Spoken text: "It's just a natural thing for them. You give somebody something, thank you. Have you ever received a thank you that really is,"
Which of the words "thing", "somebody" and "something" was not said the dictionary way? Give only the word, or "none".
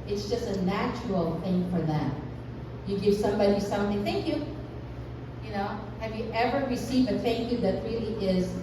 none